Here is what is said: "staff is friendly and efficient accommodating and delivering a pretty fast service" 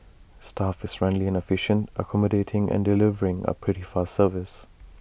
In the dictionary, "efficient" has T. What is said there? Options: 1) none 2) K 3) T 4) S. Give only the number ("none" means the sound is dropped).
3